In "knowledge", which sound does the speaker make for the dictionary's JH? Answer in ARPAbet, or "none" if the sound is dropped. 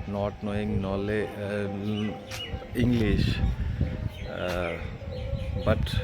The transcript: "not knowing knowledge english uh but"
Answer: none